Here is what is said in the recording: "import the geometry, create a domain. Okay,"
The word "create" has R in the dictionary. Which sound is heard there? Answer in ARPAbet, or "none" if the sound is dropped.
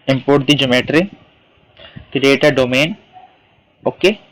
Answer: none